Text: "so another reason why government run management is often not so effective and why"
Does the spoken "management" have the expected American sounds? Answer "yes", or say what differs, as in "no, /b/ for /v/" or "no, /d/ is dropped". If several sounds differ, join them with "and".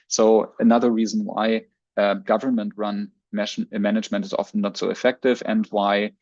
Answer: yes